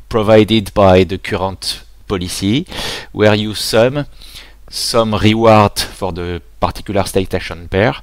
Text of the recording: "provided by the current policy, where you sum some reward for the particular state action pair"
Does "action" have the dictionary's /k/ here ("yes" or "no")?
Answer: no